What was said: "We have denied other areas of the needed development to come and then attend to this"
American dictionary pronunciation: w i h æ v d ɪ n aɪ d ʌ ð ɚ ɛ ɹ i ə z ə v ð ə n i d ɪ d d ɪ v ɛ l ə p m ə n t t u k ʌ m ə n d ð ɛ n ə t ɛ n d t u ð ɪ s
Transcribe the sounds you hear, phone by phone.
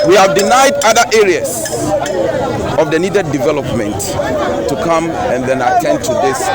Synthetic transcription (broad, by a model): w i h æ v d ɪ n aɪ d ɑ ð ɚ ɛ ɹ i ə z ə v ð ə n i d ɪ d d ɪ v ɛ l ə p m ə n t t u k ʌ m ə n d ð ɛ n ə t ɛ n d t u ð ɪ s